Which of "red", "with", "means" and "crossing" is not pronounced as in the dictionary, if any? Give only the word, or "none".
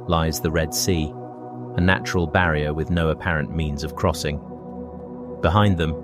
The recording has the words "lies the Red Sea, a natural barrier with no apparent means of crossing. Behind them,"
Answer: none